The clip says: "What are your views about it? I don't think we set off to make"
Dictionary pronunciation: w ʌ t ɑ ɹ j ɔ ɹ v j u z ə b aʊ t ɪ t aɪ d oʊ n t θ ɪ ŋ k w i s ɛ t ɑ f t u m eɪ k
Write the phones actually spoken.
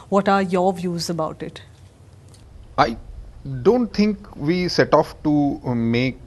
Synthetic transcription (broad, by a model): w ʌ t ɑ ɹ j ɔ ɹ v j u z ə b aʊ t ɪ t aɪ d oʊ n t t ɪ ŋ k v i s ɛ t ɑ f t u m eɪ k